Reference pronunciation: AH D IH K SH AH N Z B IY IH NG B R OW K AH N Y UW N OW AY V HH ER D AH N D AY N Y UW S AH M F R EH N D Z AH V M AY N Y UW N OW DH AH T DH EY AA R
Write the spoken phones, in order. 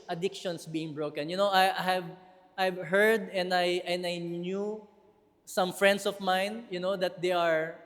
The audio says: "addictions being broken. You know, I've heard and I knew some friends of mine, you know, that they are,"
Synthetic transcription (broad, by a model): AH D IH K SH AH N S B IY IH NG B R OW K AH N Y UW N OW AY V HH ER D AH N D AY N Y UW S AH M F R EH N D S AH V M AY N Y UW N OW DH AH T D EY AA R